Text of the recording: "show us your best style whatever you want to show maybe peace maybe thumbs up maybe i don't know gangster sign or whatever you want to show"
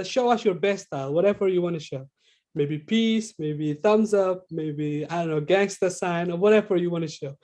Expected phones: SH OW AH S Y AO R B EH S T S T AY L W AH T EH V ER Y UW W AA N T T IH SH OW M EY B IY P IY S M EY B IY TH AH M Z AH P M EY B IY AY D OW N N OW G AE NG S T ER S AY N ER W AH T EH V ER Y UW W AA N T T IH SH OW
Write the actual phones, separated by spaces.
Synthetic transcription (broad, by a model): SH OW AH S Y AO R B EH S S T AY L W AH T EH V ER Y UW W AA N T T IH SH OW M EY B IY P IY S M EY B IY TH AH M Z AH P M EY B IY AY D OW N N OW G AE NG S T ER S AY N ER W AH T EH V ER Y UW W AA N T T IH SH OW